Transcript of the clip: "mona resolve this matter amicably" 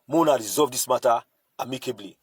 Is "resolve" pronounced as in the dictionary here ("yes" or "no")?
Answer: no